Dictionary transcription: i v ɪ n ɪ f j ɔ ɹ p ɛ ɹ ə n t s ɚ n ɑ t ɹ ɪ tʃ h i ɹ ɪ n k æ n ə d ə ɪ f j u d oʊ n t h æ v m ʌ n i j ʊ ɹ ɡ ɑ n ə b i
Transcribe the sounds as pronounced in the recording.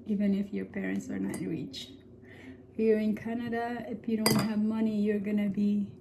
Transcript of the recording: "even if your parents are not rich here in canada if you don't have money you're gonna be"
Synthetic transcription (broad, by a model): i v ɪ n ɪ f j ɔ ɹ p ɛ ɹ ə n t s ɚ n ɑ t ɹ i tʃ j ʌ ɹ ɪ n k æ n ə d ə ɪ f j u d oʊ n t h æ v m ʌ n i j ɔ ɹ ɡ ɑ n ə b i